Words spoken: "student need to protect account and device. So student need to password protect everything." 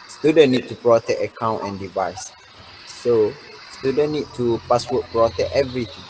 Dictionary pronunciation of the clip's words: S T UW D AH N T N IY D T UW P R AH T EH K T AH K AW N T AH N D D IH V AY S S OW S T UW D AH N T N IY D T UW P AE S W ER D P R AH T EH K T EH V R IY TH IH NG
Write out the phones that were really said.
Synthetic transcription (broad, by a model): S T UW D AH N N IY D T UW P R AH T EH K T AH K AW N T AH N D D IH V AY S S OW S T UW D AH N N IY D T UW P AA S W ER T P R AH T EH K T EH V R IY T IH NG